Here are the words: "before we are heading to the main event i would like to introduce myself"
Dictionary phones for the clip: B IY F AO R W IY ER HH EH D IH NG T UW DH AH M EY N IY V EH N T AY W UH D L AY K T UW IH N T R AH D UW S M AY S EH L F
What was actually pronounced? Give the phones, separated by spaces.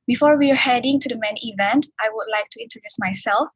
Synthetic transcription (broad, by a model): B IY F AO R W IY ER HH EH D IH NG T UW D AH M EY N IY V EH N T AY W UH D L AY K T UW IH N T R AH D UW S M AY S EH L F